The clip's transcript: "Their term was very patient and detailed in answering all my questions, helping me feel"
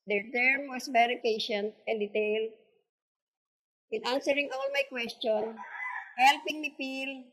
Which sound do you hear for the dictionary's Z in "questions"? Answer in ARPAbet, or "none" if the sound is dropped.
none